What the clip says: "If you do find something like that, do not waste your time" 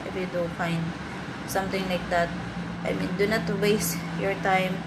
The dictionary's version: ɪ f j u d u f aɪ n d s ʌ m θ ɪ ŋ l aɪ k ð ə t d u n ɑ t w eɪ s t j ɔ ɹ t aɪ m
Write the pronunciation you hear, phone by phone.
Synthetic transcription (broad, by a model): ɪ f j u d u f aɪ n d s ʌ m t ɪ ŋ l aɪ k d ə t d u n ɑ t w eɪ s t j ɔ ɹ t aɪ m